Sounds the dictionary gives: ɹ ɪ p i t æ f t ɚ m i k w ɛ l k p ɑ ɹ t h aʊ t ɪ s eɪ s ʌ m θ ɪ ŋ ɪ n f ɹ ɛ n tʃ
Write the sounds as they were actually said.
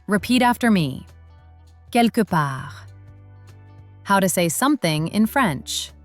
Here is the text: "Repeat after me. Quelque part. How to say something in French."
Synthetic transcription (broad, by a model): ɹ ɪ p i t æ f t ɚ m i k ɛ l k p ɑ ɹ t h aʊ t ɪ s eɪ s ʌ m θ ɪ ŋ ɪ n f ɹ ɛ n tʃ